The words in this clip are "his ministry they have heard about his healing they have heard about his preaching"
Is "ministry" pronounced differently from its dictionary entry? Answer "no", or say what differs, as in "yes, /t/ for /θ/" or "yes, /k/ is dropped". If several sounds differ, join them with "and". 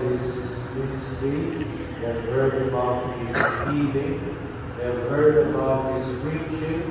yes, /ɹ/ is dropped